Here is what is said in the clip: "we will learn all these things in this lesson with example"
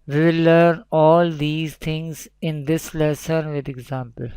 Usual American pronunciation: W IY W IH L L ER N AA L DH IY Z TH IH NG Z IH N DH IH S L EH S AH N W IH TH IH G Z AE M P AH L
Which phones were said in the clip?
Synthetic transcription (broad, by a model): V IY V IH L L ER N AA L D IY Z T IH NG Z IH N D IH S L EH S AH N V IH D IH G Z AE M P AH L